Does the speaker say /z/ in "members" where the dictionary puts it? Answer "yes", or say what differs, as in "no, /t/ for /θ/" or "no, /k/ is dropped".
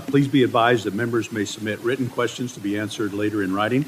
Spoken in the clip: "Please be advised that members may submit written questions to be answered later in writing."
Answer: yes